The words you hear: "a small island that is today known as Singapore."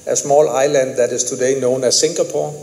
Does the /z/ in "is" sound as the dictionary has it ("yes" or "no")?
no